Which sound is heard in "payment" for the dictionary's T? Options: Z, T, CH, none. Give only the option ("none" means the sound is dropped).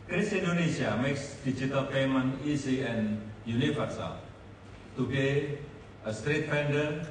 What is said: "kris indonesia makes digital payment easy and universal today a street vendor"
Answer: none